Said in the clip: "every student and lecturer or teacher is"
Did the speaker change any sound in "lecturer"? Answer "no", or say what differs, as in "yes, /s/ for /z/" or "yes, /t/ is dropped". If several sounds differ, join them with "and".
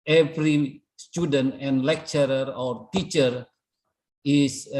no